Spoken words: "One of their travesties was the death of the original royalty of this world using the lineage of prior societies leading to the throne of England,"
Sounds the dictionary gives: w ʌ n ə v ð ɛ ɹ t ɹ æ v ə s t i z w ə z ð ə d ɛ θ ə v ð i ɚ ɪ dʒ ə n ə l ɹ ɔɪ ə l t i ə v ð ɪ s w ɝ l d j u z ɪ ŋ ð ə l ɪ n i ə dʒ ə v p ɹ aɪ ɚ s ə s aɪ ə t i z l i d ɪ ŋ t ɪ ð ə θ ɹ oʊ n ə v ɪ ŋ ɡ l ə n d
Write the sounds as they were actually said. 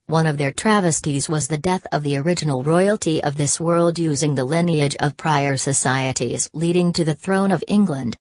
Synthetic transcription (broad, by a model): w ʌ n ə v ð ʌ ɹ t ɹ æ v ə s t i z w ə z ð ə d ɛ θ ə v ð i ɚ ɪ dʒ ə n l ɹ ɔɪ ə l t i ə v ð ɪ s w ɝ l d j u z ɪ ŋ ð ə l ɪ n i ə dʒ ə v p ɹ aɪ ɚ s ə s aɪ ə t i z l i d ɪ ŋ t ɪ ð ə θ ɹ oʊ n ə v ɪ ŋ ɡ l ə n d